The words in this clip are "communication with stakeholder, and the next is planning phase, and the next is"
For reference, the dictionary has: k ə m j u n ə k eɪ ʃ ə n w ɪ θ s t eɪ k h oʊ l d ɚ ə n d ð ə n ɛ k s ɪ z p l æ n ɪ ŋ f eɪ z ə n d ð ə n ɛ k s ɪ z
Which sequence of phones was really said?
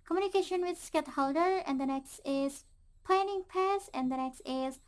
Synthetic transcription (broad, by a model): k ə m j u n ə k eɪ ʃ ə n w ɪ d s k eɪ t h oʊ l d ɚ ə n d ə n ɛ k s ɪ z p l æ n ɪ ŋ p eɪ s ə n d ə n ɛ k s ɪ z